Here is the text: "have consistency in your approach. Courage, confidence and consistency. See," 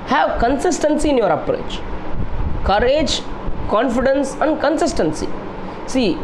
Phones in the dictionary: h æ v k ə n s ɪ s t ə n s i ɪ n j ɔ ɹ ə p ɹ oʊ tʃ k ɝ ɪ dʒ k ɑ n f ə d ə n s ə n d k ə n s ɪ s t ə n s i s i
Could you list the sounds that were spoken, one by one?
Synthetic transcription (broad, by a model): h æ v k ə n s ɪ s t ə n s i ɪ n j ɔ ɹ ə p ɹ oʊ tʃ k ɝ ɪ dʒ k ɑ n f ə d ə n s ə n d k ə n s ɪ s t ə n s i s i